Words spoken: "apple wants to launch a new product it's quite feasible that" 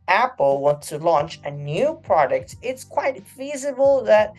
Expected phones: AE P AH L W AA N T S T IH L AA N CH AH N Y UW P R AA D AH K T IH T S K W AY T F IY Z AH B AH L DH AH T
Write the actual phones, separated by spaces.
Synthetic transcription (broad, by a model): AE P L W AA N T S T IH L AA N CH AH N Y UW P R AA D AH K T IH T S K W AY T F IY Z AH B AH L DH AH T